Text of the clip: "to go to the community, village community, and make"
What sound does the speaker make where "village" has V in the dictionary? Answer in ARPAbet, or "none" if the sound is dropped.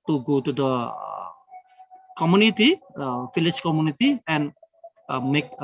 F